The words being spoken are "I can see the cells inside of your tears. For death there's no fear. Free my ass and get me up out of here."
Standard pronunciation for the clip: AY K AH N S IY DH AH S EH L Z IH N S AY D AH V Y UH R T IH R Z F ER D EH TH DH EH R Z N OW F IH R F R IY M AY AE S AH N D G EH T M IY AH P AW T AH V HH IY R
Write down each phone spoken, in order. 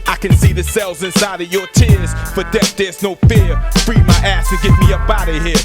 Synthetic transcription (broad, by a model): AY K AH N S IY DH AH S EH L Z IH N S AY D AH V Y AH R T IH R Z F ER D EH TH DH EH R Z N OW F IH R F R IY M AY AE S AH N G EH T M IY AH B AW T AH HH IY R